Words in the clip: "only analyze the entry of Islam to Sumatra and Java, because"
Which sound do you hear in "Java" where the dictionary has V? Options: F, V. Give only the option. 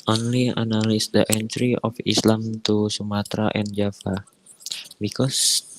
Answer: F